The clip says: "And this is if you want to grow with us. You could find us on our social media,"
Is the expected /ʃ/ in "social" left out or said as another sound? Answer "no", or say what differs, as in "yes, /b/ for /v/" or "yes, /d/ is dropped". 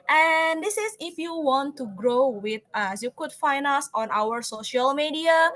no